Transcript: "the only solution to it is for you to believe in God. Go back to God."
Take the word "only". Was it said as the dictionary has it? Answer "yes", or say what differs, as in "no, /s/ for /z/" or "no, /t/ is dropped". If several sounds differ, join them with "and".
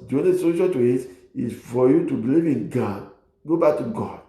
no, /l/ is dropped